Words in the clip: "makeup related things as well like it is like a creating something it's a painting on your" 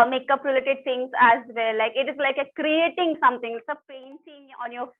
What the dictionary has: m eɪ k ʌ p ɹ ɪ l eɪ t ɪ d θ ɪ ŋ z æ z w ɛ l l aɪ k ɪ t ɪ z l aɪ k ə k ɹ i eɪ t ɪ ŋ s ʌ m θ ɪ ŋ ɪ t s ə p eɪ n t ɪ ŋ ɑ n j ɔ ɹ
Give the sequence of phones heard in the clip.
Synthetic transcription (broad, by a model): m eɪ k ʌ p ɹ ɪ l eɪ t ɪ d t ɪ ŋ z æ z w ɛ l l aɪ k ɪ t ɪ z l aɪ k ə k ɹ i eɪ t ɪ ŋ s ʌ m t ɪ ŋ ɪ t s ə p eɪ n s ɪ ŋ ɑ n j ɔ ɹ